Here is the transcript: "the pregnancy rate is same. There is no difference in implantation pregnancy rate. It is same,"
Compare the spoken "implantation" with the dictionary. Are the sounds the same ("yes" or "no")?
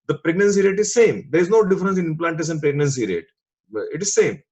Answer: no